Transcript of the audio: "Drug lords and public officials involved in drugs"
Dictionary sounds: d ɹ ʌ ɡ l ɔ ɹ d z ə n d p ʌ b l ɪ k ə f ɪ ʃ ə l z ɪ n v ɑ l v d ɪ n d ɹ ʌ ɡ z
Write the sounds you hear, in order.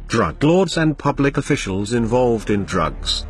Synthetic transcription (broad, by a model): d ɹ ʌ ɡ l ɔ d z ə n p ʌ b l ɪ k ə f ɪ ʃ ə l z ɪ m v ɑ l v d ɪ n d ɹ ʌ ɡ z